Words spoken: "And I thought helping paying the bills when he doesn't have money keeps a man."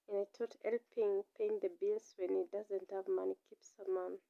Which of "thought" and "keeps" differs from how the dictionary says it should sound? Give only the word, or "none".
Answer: thought